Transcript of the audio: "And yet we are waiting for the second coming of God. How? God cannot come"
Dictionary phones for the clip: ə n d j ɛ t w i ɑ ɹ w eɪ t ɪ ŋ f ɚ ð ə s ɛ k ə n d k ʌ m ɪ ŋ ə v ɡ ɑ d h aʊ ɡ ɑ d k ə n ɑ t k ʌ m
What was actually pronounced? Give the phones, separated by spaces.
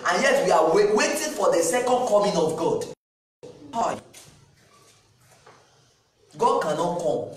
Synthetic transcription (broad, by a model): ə n j ɛ t w i ɑ w w eɪ t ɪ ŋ f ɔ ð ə s ɛ k ə n d k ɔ m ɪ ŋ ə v ɡ ɑ d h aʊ ɡ ɑ d k ə n ɑ t k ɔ m